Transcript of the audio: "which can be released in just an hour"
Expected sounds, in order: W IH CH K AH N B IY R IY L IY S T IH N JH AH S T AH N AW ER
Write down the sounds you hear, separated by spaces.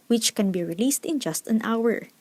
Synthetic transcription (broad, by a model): W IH CH K AH N B IY R IY L IY S T IH N JH AH S T AH N AW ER